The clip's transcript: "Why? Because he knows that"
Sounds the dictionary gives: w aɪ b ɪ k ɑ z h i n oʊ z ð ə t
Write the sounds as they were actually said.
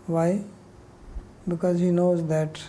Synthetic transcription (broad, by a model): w aɪ b ɪ k ɑ z h i n oʊ z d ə t